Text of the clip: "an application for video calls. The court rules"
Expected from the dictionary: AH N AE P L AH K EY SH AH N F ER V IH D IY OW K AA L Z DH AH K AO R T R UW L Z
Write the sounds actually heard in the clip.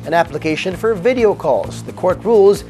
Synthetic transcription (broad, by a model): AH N AE P L AH K EY SH AH N F ER V IH D IY OW K AA L Z DH AH K AO R T R UW L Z